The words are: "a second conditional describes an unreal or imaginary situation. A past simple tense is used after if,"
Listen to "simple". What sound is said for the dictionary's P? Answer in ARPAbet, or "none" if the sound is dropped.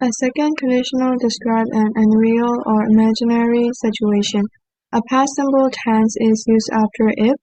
B